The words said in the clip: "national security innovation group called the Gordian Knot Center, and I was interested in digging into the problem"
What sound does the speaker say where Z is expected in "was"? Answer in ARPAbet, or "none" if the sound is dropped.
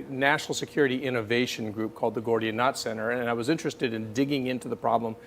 Z